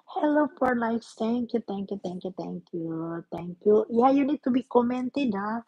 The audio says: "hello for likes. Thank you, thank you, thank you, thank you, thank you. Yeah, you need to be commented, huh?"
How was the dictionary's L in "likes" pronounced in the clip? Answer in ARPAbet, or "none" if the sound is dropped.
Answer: N